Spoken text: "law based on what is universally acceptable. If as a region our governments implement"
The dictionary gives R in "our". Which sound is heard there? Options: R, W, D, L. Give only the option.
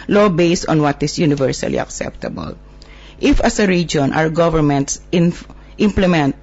W